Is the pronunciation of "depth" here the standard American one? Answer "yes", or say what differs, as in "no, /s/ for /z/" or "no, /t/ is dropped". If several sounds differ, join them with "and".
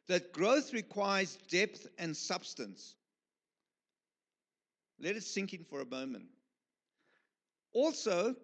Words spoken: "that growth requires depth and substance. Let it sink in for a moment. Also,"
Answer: yes